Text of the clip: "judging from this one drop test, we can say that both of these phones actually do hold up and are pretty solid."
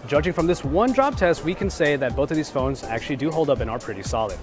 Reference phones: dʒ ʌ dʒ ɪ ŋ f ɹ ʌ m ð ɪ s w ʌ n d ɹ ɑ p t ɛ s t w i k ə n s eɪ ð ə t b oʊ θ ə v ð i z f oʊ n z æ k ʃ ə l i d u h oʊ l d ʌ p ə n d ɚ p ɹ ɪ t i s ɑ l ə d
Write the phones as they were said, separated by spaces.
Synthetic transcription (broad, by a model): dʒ ʌ dʒ ɪ ŋ f ɹ ʌ m ð ɪ s w ʌ n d ɹ ɑ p t ɛ s t w i k ə n s eɪ ð ə t b oʊ θ ə v ð i z f oʊ n z æ k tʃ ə l i d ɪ h oʊ l d ʌ p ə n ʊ ɚ p ɹ ɪ t i s ɑ l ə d